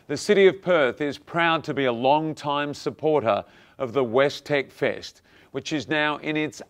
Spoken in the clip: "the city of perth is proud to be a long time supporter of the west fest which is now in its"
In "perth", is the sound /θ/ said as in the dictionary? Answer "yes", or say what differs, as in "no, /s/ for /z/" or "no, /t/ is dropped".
yes